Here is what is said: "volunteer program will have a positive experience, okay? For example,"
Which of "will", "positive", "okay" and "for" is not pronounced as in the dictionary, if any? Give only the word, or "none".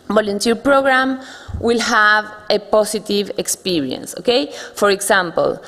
positive